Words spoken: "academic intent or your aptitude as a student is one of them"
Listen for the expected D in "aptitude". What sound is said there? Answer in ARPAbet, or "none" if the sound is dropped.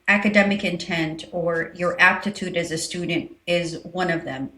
D